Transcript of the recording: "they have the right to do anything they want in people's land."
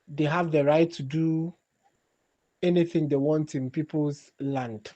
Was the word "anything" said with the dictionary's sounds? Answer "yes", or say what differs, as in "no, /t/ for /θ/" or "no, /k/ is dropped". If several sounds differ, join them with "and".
yes